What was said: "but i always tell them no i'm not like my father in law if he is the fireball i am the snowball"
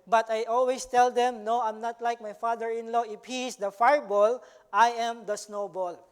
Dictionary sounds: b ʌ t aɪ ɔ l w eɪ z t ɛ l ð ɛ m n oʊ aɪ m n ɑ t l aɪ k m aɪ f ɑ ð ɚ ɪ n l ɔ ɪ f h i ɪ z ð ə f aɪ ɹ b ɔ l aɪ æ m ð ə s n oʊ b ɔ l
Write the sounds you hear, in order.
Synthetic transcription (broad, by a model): b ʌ t aɪ ɔ l w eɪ s t ɛ l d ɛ m n oʊ aɪ m n ɑ t l aɪ k m aɪ f ɑ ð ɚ ɪ n l ɔ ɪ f h i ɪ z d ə f aɪ ɹ b ɔ l aɪ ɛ m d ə s n oʊ b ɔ l